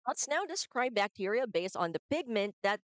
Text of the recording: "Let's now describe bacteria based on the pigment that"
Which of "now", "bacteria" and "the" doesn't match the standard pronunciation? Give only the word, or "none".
none